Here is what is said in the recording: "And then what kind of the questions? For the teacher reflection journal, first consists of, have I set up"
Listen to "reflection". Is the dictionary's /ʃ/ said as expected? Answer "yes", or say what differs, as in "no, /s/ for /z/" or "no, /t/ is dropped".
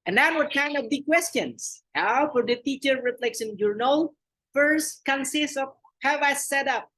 no, /s/ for /ʃ/